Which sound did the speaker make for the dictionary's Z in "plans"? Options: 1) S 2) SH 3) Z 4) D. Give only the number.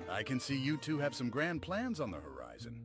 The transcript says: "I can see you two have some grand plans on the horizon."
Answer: 3